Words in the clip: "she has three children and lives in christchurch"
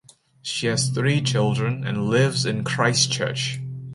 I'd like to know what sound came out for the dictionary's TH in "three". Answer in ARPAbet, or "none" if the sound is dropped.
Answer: TH